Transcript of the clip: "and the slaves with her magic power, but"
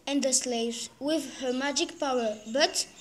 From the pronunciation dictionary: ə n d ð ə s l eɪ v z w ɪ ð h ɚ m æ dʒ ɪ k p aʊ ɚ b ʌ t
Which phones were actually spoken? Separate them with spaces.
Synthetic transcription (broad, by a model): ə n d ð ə s l eɪ v z w ɪ ð h ɚ m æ dʒ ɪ k p aʊ ɚ b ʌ t